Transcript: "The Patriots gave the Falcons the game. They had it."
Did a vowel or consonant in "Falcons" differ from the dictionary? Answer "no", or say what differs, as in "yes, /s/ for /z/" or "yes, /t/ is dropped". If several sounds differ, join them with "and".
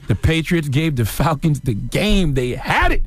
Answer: no